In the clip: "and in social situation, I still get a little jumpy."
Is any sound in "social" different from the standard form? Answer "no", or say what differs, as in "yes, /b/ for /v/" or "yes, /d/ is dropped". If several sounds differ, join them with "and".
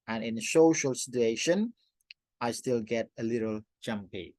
no